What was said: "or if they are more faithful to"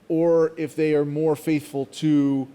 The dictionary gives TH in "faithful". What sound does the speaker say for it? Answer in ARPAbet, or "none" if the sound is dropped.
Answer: TH